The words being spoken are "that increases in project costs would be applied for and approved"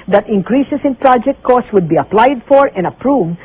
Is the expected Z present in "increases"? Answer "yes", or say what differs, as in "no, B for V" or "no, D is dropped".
no, S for Z